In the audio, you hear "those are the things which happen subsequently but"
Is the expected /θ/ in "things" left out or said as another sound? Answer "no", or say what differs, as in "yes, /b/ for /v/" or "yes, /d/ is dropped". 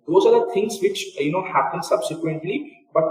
yes, /t/ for /θ/